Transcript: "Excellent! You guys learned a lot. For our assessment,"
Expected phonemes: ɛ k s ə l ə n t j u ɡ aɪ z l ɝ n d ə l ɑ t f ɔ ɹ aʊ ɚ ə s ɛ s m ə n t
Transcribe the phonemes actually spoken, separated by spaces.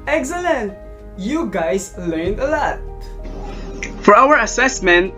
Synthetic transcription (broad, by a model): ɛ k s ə l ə n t j u ɡ aɪ s l ɝ n d ə l ɑ t f ɔ ɹ aʊ ɚ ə s ɛ s m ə n t